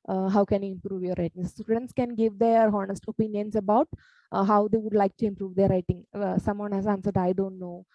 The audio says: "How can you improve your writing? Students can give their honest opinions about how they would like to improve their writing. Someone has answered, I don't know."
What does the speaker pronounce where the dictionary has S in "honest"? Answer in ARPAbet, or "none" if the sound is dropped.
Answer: S